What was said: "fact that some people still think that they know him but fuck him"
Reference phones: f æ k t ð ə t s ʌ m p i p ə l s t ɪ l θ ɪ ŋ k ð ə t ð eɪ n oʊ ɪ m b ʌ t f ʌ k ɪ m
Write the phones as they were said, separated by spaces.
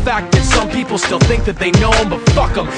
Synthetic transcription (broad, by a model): f æ k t ð ə t s ʌ m p i p l s t ɪ l θ ɪ ŋ k ð ə t ð eɪ n oʊ ɪ m b ʌ t f ʌ k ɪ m